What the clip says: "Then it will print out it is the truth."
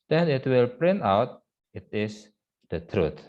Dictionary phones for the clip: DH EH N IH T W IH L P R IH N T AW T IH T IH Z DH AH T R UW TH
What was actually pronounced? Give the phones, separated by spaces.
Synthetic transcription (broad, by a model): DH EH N IH T W IH L P R IH N T AW T IH T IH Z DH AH T R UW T